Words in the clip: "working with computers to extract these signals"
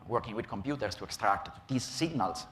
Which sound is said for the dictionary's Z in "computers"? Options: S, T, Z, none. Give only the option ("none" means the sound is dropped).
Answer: S